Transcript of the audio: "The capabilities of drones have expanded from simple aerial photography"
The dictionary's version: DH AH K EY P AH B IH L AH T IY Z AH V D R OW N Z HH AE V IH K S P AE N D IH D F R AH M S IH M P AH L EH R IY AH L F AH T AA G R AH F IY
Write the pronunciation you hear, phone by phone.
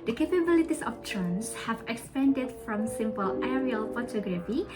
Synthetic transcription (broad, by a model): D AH K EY P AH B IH L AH T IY S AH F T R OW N S HH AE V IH K S P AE N D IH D F R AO M S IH M P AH L EH R IY AH L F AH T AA G R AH F IY